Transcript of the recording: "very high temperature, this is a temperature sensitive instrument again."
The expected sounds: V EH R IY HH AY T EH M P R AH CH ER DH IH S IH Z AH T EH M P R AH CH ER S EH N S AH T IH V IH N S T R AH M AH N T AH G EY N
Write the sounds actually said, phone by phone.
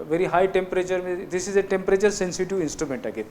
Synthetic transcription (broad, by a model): V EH R IY HH AY T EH M P R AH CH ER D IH S IH Z AH T EH M P R AH CH ER S EH N S AH T IH V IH N S T R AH M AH N T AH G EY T